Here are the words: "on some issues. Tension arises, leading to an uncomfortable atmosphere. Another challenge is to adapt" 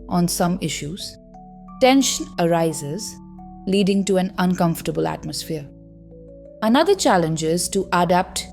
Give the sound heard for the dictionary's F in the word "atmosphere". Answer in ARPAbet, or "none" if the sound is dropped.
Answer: F